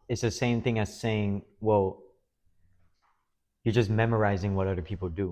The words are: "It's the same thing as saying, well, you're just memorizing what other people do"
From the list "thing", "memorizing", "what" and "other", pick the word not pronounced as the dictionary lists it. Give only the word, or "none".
none